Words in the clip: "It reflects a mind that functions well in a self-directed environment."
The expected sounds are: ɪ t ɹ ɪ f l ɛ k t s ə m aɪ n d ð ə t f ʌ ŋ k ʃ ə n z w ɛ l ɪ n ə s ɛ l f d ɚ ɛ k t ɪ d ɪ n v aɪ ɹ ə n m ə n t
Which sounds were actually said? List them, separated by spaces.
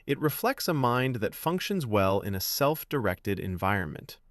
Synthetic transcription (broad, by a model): ɪ t ɹ ɪ f l ɛ k t s ə m aɪ n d ð ə t f ʌ ŋ k ʃ ə n z w ɛ l ɪ n ə s ɛ l f d ɚ ɛ k t ɪ d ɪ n v aɪ ɹ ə n m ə n t